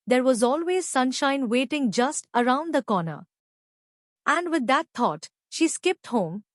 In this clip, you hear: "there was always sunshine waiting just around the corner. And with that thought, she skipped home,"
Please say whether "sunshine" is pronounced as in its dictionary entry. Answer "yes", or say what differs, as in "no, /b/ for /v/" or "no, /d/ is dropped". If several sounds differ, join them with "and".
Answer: yes